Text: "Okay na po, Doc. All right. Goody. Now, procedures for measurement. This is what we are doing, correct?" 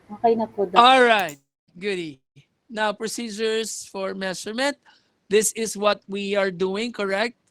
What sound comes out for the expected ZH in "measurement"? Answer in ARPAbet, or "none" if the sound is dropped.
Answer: S